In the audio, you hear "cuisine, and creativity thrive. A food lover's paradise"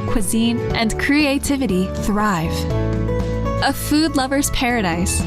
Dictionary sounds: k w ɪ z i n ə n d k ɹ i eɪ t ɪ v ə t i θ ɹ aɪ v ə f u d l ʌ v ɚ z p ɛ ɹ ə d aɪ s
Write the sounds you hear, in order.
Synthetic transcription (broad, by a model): k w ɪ z i n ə n k ɹ i eɪ t ɪ v ə t i θ ɹ aɪ v ə f u d l ʌ v ɚ z p ɛ ɹ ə d aɪ s